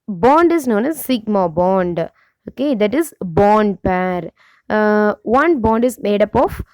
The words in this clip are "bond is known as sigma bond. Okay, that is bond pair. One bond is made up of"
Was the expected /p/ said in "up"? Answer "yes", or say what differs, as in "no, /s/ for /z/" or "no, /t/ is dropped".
yes